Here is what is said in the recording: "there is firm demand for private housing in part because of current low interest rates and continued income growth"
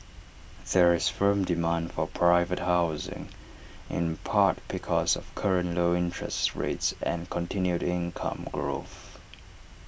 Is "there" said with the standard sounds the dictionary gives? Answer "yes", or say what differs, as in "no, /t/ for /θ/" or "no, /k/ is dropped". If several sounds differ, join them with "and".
yes